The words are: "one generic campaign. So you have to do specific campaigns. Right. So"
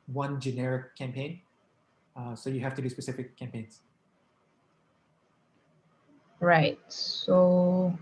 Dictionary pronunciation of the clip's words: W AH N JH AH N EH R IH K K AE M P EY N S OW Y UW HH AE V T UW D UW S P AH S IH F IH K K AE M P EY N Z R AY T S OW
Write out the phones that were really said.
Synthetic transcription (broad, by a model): W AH N JH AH N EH R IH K K AE M P EY N S OW Y UW HH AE F T UW D UW S P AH S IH F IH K K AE M P EY N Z R AY T S OW